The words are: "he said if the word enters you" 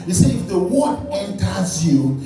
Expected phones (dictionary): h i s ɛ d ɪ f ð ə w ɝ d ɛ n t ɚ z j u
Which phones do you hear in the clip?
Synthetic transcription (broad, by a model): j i s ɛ ɪ f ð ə w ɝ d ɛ n t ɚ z j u